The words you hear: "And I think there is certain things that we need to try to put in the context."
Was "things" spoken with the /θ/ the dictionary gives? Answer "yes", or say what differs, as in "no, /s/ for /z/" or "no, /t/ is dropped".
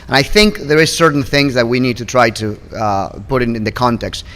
yes